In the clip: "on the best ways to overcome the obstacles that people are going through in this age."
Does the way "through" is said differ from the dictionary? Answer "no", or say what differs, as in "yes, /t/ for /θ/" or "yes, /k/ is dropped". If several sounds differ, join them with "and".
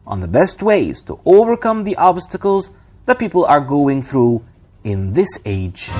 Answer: no